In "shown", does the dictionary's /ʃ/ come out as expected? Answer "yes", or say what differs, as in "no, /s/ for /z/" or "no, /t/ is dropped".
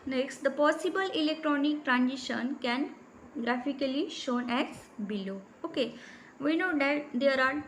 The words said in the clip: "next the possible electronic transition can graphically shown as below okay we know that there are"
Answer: yes